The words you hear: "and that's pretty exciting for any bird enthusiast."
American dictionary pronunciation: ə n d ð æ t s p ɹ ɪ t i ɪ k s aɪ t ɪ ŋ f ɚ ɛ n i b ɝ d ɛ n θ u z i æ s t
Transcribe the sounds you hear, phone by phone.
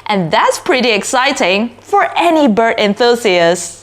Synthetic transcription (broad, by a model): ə n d ð æ t s p ɹ ɪ t i ɪ k s aɪ t ɪ ŋ f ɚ ɛ n i b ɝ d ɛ n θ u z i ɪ s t